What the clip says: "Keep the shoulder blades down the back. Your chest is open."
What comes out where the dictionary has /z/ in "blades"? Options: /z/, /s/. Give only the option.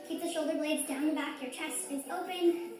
/z/